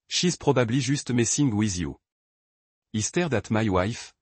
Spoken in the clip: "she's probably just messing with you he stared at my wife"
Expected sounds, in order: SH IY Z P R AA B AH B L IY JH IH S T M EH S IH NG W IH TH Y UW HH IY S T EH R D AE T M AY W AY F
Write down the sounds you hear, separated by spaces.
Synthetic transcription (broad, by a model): SH IY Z P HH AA B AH B L IY ZH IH S T M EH S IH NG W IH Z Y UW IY S T EH R D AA T M AY W AY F